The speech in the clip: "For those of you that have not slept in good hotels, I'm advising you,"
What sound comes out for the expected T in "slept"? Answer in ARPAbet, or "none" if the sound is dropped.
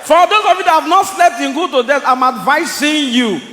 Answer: T